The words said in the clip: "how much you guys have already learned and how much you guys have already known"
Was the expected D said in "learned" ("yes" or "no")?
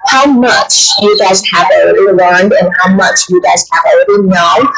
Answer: yes